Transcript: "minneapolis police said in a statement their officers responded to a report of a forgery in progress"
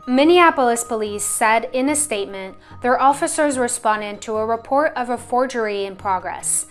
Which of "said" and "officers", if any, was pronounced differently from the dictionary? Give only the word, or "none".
none